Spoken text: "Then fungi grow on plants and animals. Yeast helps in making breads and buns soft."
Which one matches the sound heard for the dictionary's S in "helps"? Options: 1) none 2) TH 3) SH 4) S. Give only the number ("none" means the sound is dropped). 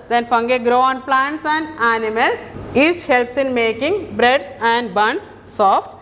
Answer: 4